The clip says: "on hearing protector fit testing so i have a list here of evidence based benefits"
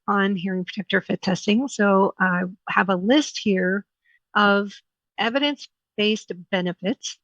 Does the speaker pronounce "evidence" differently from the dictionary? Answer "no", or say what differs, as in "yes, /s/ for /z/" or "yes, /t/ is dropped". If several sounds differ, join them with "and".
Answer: no